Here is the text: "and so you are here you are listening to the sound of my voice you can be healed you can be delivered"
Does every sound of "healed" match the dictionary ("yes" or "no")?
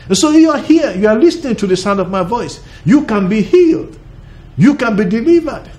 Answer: yes